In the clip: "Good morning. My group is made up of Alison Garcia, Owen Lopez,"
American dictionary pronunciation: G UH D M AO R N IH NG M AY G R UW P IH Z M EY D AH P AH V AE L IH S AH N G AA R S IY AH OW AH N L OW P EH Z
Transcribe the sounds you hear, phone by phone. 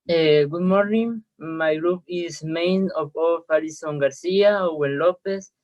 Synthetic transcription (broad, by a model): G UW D M AO R N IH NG M AY G R UW P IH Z M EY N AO F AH F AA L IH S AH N G AA R S IY AH OW AH N L OW P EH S